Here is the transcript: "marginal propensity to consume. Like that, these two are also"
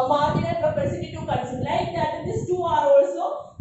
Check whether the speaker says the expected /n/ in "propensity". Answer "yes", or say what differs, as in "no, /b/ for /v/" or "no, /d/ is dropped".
no, /n/ is dropped